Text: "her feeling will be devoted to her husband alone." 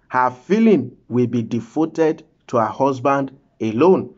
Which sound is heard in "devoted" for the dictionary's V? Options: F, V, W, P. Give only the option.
F